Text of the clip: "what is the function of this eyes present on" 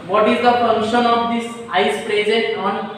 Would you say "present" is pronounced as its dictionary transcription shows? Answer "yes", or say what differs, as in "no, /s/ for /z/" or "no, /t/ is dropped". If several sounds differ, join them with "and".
no, /n/ is dropped